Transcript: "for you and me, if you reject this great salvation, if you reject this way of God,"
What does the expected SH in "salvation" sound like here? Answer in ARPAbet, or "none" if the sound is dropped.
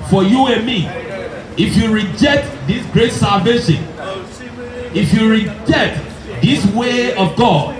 SH